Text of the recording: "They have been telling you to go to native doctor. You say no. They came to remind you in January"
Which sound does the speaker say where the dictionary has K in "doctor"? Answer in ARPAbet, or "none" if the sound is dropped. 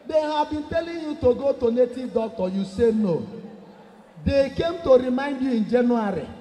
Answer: none